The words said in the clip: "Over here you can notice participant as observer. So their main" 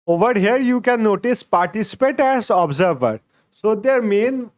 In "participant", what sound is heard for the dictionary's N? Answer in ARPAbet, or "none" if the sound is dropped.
none